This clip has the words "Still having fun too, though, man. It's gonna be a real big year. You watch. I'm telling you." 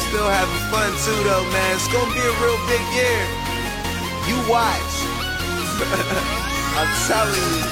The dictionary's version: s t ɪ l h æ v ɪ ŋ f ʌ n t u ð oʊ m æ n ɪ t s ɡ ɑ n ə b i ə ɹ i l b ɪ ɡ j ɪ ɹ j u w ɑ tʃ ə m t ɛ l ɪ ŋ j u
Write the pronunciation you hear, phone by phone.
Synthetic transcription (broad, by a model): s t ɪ l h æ v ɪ f ʌ n s u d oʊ m æ n ɪ t s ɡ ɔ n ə b i ə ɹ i l b ɪ ɡ j ɪ ɹ j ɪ w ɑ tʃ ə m s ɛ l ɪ